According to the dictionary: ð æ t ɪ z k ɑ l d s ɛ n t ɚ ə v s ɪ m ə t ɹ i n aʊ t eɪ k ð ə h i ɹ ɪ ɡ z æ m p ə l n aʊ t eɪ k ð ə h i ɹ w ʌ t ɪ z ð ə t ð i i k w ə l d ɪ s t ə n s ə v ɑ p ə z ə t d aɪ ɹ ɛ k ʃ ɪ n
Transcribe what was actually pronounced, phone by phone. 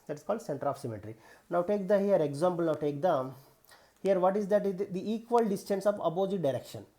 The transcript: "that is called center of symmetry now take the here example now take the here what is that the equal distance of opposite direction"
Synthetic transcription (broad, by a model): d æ t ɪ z k ɑ l d s ɛ n t ɚ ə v s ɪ m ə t ɹ i n aʊ t eɪ k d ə h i ɹ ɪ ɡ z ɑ m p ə l n aʊ t eɪ k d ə h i ɹ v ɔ t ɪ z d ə t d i i k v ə l d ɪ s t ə n s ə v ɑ b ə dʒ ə d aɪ ɹ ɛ k ʃ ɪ n